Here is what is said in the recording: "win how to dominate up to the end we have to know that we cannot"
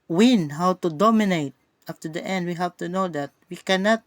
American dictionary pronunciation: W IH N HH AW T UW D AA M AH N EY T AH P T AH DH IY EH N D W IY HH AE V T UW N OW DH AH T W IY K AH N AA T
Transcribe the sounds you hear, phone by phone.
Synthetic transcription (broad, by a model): W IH N HH AW T UW D AA M AH N EY T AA F T AH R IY EH N D W IY HH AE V T UW N OW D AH T W IY K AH N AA T